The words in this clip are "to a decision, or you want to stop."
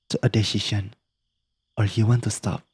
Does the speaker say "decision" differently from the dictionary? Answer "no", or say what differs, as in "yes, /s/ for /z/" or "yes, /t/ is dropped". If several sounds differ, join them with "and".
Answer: yes, /ʃ/ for /ʒ/